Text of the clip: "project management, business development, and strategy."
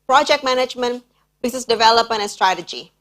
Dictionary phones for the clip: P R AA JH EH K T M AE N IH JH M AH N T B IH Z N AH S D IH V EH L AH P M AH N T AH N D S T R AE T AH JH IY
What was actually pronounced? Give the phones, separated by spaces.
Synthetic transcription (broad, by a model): P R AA JH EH K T M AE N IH JH M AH N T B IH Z AH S D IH V EH L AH P M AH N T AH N S T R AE T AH JH IY